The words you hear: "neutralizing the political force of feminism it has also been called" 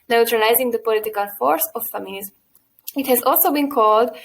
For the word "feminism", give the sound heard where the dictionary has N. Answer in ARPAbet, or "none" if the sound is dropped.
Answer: L